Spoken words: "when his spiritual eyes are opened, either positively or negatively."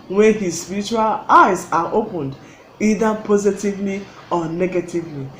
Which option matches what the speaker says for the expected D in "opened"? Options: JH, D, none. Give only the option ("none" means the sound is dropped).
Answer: D